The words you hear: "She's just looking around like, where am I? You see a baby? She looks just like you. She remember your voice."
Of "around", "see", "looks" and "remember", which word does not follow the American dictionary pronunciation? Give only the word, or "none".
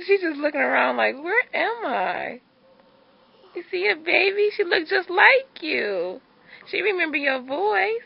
none